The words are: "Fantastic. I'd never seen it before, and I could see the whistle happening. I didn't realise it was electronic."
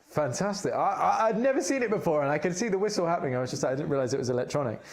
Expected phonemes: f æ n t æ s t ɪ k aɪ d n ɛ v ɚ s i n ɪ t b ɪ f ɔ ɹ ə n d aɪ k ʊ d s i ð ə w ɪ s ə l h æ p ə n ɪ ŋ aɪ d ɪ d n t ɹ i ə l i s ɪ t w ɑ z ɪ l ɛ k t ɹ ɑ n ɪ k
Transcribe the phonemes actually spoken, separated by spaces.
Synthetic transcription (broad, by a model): f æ n t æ s t ɪ k aɪ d n ɛ v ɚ s i n ɪ t b ɪ f ɔ ɹ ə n aɪ k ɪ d s i ð ə w ɪ s l h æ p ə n ɪ ŋ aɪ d ɪ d n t ɹ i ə l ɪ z ɪ t w ɑ z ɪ l ɛ k t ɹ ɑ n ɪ k